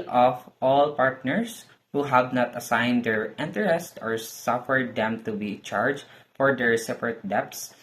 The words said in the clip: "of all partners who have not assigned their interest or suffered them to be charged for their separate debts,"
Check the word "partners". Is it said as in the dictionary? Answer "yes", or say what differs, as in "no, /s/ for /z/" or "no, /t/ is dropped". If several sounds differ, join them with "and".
no, /s/ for /z/